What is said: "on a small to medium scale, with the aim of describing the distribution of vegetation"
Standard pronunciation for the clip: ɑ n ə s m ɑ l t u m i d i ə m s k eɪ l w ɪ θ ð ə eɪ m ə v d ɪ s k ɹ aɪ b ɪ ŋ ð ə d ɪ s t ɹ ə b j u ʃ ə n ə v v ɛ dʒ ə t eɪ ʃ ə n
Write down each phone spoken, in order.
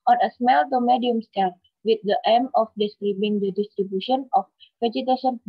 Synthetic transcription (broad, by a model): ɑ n ə s m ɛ l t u m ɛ d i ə m s eɪ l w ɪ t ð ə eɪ m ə f d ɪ s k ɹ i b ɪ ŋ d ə d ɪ s t ɹ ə b j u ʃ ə n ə f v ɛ dʒ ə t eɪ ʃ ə n